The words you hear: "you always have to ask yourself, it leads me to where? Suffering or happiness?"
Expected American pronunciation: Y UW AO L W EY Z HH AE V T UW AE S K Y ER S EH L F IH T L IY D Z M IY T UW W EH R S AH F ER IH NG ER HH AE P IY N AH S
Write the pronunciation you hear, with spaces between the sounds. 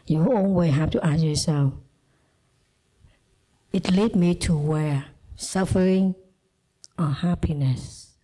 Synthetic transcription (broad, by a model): Y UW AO N W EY HH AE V T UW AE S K Y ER S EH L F IH T L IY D M IY T UW W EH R S AH F ER IH NG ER HH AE P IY N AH S